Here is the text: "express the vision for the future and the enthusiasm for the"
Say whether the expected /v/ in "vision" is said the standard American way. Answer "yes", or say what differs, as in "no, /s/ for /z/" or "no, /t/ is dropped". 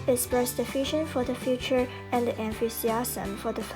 no, /f/ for /v/